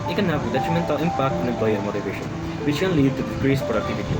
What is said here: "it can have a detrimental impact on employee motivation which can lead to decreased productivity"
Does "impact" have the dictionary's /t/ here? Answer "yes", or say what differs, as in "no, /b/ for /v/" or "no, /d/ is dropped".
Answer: yes